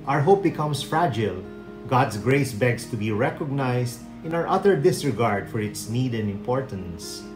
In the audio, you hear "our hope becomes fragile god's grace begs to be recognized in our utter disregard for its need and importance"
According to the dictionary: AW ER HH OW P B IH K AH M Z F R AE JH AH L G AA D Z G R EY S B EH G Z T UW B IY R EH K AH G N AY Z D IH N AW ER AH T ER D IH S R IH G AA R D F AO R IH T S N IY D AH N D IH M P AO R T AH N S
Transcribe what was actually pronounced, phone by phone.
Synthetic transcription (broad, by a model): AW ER HH OW P B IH K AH M S F R AE JH AH L G AA D S G R EY S B EH G S T UW B IY R EH K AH G N AY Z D IH N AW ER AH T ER D IH S R IH G AA R D F AO R IH T S N IY D AH N D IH M P AO R T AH N S